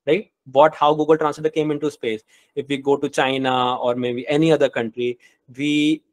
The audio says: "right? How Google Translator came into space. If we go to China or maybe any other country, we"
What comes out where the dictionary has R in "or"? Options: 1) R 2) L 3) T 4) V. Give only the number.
1